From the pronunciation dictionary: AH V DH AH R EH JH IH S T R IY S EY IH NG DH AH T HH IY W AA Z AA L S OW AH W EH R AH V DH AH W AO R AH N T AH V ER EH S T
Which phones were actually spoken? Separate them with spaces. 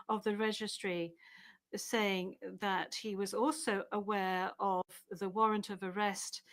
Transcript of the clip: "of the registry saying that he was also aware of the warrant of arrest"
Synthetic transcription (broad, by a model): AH V DH AH R EH JH IH S T R IY S EY IH NG DH AH T HH IY W AA Z AA L S OW AH W EH R AH V DH AH W AO R AH N T AH V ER EH S T